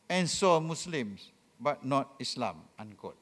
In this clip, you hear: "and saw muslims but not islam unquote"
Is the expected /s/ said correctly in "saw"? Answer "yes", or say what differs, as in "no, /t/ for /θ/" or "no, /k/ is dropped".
yes